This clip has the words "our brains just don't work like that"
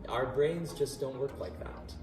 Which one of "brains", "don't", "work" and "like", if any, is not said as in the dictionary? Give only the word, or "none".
none